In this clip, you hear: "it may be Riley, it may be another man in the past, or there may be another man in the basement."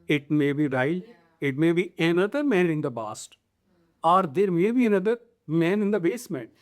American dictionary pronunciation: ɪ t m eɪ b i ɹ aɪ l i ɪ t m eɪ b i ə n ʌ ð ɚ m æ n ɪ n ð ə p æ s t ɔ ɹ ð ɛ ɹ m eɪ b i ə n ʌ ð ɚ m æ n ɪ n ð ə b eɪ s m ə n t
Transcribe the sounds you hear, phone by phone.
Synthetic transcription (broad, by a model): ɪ t m eɪ b i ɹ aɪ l ɪ t m eɪ b i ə n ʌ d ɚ m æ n ɪ n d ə b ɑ s t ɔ ɹ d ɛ ɹ m eɪ b i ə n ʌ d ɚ m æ n ɪ n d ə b eɪ s m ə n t